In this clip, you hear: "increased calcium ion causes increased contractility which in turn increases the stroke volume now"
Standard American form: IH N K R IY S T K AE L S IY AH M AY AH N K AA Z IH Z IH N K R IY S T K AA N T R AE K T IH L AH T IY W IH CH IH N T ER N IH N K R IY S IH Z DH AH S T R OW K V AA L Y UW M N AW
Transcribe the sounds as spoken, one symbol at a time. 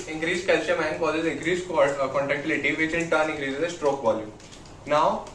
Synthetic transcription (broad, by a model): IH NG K R IY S K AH L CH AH M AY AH N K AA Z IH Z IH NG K R IY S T K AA N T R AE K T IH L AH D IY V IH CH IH N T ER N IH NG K R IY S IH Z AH S T R OW K V AA L Y UW M N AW